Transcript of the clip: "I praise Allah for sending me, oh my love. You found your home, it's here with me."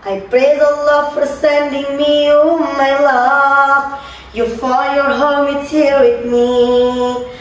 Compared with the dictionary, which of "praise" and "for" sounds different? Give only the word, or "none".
none